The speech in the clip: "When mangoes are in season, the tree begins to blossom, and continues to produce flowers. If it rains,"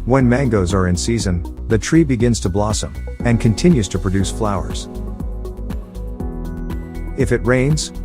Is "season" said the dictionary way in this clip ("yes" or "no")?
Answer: yes